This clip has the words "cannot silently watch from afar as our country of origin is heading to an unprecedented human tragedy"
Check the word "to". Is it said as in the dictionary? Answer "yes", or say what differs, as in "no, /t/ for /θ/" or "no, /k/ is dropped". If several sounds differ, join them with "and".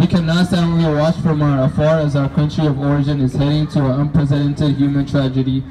yes